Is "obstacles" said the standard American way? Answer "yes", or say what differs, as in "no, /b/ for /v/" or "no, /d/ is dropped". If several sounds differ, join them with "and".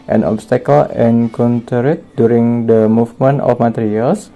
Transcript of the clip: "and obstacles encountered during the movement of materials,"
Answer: no, /z/ is dropped